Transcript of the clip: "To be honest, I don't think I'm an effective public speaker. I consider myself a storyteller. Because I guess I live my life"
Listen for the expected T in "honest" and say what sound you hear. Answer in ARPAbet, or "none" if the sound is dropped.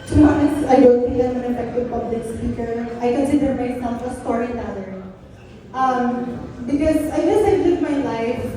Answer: none